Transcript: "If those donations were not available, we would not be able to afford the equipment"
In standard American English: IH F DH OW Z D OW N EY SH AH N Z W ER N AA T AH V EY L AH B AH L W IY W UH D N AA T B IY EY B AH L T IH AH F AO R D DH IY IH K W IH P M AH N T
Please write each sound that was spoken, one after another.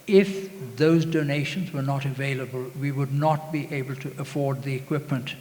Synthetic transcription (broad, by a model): IH F DH OW Z D OW N EY SH AH N Z W ER N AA T AH V EY L AH B AH L W IY W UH D N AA T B IY EY B AH L T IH AH F AO R D DH IY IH K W IH P M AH N T